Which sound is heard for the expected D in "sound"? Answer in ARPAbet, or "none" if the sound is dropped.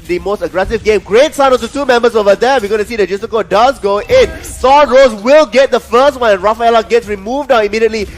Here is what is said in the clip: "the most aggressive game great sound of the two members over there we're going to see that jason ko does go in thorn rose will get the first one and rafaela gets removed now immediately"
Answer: none